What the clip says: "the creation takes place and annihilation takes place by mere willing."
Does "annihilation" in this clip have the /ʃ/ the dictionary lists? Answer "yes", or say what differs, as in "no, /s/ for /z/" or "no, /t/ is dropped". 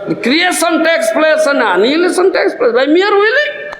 no, /s/ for /ʃ/